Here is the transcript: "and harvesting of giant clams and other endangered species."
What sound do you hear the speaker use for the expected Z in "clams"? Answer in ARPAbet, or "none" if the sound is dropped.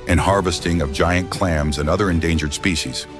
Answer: Z